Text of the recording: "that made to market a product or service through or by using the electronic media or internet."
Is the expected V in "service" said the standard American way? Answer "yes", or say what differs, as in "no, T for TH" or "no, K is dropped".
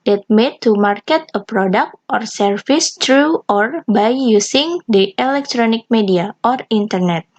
no, F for V